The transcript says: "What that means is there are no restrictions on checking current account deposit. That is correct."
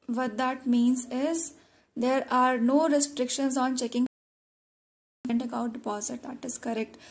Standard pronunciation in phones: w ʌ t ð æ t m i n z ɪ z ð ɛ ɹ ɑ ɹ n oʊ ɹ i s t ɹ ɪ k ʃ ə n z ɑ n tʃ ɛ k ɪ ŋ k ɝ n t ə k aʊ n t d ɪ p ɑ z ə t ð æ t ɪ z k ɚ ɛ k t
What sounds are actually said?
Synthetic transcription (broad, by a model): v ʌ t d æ t m i n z ɪ z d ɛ ɹ ɑ ɹ n oʊ ɹ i s t ɹ ɪ k ʃ ə n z ɑ n tʃ ɛ k ɪ ŋ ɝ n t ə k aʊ t d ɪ p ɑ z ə t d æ t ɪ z k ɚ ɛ k t